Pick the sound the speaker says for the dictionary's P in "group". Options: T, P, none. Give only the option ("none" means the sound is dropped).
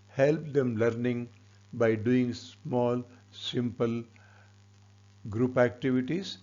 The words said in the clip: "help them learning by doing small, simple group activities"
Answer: P